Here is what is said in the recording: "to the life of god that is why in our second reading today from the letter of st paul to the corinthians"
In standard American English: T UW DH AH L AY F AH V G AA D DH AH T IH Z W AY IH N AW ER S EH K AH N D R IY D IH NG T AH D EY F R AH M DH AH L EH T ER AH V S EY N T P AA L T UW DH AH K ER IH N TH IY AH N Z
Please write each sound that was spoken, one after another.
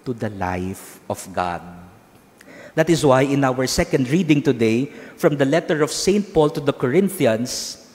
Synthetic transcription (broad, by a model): T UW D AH L AY F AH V G AA D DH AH T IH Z W AY IH N AW ER S EH K AH N D R IY D IH NG T AH D EY F R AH M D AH L EH T ER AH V S EY N T P AA L T UW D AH K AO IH N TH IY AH N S